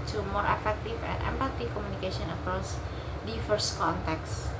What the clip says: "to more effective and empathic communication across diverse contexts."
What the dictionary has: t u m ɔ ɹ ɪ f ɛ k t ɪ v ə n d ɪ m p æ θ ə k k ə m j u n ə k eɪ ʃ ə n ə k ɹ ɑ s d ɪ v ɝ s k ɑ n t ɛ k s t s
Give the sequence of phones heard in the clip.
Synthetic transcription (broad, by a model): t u m ɔ ɹ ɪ f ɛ k t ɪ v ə n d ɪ m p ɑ t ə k k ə m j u n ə k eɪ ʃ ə n ə k ɹ ɑ s d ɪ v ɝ s k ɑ n t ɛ k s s